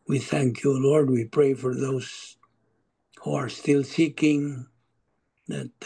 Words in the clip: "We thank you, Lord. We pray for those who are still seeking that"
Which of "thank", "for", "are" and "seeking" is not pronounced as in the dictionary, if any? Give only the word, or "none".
none